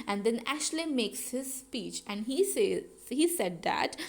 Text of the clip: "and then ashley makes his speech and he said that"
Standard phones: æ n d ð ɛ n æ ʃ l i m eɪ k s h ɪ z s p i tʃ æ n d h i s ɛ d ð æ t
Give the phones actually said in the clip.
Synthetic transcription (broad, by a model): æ n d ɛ n æ ʃ l i m eɪ k s h ɪ z s p i tʃ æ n d h i s ɛ d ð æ t